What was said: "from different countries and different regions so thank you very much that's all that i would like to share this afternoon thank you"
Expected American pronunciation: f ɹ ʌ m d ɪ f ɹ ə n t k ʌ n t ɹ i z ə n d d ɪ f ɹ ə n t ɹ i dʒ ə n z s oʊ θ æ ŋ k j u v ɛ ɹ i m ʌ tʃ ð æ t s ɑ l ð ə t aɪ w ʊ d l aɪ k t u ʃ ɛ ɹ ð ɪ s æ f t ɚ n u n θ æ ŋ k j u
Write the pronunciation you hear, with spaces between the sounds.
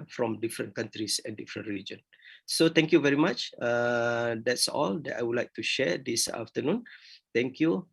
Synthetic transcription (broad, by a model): f ɹ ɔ m d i f ɹ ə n k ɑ n t ɹ i s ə n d d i f ɹ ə n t ɹ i dʒ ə n s oʊ t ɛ ŋ k j u v ɛ ɹ i m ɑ tʃ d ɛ t s ɑ l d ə t aɪ w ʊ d l aɪ k t u ʃ ɛ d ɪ s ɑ f t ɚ n u n t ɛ ŋ k j u